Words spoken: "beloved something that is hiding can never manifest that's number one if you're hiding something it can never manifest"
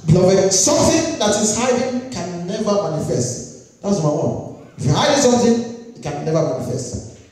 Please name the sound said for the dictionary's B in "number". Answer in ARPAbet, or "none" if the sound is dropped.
none